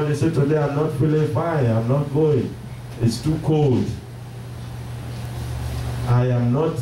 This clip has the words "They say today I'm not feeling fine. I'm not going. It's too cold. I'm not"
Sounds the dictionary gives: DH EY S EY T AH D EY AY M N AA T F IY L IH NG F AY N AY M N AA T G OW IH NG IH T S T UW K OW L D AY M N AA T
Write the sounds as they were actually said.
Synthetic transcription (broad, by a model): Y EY S EY T AH D EY AY M N AA T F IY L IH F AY AY M N AA T G OW IH NG IH T S T UW K OW L D AY M N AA T